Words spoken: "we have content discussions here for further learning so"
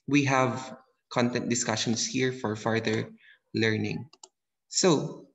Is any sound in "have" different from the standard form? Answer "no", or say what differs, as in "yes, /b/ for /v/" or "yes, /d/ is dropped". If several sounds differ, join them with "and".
no